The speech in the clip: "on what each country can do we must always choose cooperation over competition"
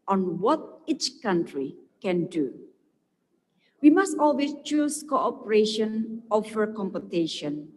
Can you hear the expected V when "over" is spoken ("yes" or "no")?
no